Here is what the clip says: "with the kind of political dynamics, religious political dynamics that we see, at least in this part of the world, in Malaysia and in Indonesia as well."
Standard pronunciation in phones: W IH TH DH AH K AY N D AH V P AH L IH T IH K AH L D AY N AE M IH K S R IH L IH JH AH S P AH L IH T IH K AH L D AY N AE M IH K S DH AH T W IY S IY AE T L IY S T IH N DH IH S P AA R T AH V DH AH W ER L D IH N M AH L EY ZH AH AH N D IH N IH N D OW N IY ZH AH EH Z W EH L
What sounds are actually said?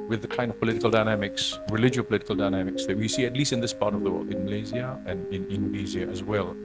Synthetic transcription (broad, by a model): W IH DH AH K AY N D AH V P AH L IH T IH K AH L D AY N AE M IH K S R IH L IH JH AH P AH L IH T IH K AH L D AY N AE M IH K S DH AH T W IY S IY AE T L IY S T IH N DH IH S P AA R T AH V DH AH W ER L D IH N M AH L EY Z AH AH N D IH N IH N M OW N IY Z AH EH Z W EH L